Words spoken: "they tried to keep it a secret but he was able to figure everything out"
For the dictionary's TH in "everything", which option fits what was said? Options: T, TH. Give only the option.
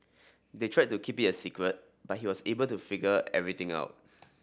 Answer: T